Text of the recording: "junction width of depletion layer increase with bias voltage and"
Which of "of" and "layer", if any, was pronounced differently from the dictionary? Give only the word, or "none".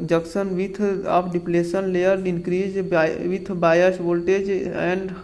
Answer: of